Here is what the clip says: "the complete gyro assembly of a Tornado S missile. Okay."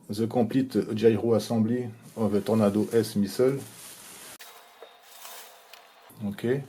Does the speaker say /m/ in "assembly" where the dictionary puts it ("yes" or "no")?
no